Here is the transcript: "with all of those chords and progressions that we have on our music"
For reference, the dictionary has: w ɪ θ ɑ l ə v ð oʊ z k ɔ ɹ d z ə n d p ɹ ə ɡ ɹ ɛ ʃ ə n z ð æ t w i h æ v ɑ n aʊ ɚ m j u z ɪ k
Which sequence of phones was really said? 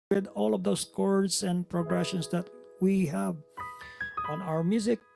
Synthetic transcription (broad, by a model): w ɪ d ɑ l ə v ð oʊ s k ɔ ɹ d s ə n d p ɹ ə ɡ ɹ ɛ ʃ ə n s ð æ t w i h æ v ɑ n aʊ ɚ m j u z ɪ k